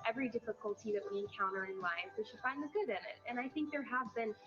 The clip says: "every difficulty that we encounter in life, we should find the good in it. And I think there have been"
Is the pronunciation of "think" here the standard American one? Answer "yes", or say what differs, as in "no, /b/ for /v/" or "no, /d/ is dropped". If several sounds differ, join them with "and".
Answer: yes